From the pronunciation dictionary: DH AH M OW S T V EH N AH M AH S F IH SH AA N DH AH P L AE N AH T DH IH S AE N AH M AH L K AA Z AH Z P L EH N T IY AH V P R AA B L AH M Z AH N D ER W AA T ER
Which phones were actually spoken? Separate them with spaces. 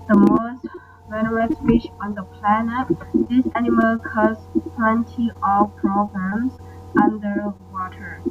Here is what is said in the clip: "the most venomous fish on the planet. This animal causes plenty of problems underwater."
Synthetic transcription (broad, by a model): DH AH M OW S T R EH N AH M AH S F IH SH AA N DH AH P L AE N AH T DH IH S AE N AH M AH L K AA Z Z P L EH N T IY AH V P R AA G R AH M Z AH N D ER W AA T ER